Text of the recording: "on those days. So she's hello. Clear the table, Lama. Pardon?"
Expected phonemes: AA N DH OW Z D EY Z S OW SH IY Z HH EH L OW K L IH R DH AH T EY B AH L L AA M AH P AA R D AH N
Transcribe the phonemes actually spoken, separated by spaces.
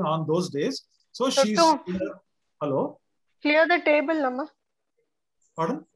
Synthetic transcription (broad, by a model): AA N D OW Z D EY Z S OW SH IY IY HH EH L OW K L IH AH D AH T EY B AH L N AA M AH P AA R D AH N